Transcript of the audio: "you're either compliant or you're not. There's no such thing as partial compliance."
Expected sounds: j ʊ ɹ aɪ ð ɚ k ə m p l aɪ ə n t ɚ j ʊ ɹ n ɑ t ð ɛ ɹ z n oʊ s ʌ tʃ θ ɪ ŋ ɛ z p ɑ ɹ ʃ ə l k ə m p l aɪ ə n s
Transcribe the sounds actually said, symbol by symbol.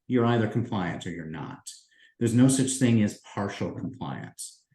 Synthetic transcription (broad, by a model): j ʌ ɹ aɪ ð ɚ k m p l aɪ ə n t ɚ j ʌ ɹ n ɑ t ð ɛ ɹ z n oʊ s ʌ tʃ θ ɪ ŋ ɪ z p ɑ ɹ ʃ l k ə m p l aɪ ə n s